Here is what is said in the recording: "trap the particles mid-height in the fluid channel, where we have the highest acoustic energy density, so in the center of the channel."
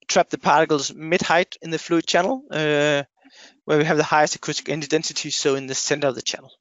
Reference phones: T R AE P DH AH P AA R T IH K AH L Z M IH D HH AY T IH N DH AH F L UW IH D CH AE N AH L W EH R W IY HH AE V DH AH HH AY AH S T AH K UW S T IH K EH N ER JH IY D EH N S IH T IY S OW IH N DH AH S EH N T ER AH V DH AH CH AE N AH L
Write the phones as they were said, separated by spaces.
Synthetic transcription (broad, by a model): T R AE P DH AH P AA R T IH K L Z M IH D HH AY T IH N DH AH F L UW IH D CH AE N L W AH R W IY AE V DH AH HH AY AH S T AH K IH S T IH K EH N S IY D EH N S IH T IY S OW IH N DH AH S EH N T ER AH V DH AH CH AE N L